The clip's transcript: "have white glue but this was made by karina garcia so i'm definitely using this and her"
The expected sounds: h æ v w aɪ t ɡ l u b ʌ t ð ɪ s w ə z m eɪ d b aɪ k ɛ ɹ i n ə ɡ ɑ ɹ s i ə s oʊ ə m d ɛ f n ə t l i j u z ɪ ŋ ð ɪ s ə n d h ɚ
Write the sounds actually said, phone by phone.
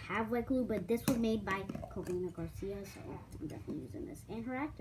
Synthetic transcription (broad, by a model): h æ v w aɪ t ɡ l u b ʌ t ð ɪ s w ə z m eɪ d b aɪ k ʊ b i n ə ɡ ɑ ɹ s i ə s oʊ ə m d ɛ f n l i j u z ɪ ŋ ð ɪ s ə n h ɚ